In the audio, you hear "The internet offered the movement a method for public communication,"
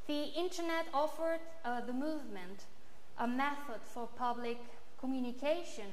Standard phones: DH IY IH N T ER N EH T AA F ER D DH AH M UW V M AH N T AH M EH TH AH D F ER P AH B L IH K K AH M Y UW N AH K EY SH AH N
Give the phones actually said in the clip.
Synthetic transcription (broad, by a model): DH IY IH N T ER N EH T AA F ER D DH AH M UW V M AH N T AH M EH TH AH D F ER P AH B L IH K K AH M Y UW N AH K EY SH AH N